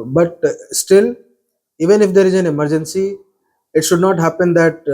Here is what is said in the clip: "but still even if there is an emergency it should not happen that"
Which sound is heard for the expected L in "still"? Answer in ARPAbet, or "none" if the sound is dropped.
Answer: L